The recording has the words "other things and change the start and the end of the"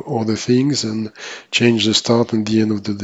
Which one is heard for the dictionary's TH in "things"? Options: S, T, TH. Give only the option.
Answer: TH